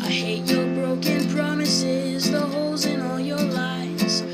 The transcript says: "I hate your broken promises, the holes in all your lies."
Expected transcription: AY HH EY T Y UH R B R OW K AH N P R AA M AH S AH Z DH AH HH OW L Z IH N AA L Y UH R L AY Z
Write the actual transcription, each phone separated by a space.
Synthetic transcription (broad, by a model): AY HH EY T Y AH R B R OW K AH N P R AA M AH S AH Z DH AH HH OW L Z IH N AA L Y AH R L AY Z